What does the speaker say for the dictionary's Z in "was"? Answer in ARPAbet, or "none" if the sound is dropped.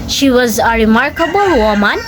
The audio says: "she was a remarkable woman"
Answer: Z